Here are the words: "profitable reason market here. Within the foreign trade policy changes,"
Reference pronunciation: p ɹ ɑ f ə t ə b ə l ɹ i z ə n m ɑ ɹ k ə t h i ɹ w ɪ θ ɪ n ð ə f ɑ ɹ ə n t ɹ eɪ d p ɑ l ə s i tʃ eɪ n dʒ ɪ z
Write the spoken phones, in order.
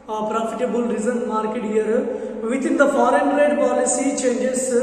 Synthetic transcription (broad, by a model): p ɹ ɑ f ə t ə b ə l ɹ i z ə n m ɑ ɹ k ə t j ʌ ɹ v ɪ t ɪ n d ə f ɑ ɹ ə n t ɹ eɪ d p ɑ l ə s i tʃ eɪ n dʒ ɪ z